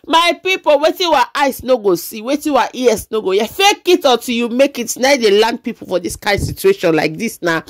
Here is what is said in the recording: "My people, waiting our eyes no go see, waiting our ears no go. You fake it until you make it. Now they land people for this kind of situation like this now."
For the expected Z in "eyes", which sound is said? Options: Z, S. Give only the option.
S